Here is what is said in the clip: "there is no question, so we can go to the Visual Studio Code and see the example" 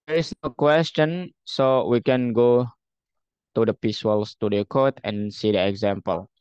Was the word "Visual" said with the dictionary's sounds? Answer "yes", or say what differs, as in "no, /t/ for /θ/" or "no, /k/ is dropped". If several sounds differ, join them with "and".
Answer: no, /p/ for /v/